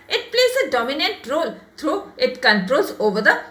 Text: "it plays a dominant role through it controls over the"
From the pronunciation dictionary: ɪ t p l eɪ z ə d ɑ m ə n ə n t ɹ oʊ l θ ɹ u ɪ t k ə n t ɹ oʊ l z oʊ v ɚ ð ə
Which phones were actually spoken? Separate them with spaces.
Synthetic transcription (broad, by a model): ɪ t p l eɪ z ə d ɑ m ə n ə n t ɹ oʊ l t ɹ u ɪ t k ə n t ɹ oʊ l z oʊ v ɚ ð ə